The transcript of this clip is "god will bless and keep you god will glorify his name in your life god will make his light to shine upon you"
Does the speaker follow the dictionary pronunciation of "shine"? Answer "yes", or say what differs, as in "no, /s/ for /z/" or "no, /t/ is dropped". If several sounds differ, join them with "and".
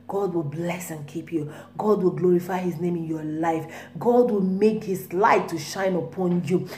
yes